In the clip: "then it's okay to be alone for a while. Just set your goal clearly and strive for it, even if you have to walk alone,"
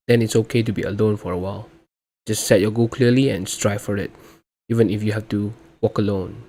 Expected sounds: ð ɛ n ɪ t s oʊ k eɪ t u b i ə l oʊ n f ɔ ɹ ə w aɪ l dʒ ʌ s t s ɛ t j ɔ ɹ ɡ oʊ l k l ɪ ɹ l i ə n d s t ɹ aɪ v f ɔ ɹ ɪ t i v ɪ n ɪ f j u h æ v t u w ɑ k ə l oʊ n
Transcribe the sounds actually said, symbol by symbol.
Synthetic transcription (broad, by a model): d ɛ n ɪ t s oʊ k eɪ t u b i ə l oʊ n f ɔ ɹ ə w aɪ l dʒ ʌ s t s ɛ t j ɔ ɡ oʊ k l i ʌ l i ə n s t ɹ aɪ f ɔ ɹ ɪ t i v ɪ n ɪ f j u h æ f t u w ɑ k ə l oʊ n